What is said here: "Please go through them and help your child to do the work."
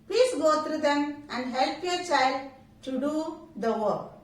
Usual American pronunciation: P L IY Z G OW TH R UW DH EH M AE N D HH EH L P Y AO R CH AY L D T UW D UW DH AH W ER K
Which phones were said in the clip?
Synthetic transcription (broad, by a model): P L IY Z G OW T R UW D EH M AE N D HH EH L P Y AO R CH AY L D T UW D UW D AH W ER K